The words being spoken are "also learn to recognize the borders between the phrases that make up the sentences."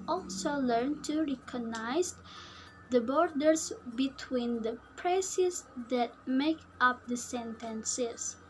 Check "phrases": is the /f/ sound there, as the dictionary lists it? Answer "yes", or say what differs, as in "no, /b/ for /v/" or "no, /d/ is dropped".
no, /p/ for /f/